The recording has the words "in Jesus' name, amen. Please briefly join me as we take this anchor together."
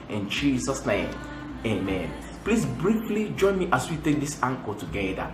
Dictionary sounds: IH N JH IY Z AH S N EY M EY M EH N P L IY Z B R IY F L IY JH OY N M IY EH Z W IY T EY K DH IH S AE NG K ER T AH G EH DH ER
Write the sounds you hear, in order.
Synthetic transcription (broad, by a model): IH N JH IY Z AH S N EY M EY M EH N P L IY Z B R IY F L IY JH OY N M IY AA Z W IY T EY K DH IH S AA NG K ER T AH G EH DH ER